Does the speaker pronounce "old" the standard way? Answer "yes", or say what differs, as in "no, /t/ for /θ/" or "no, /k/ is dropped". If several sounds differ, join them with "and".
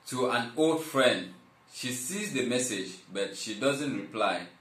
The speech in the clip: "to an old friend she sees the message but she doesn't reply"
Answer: yes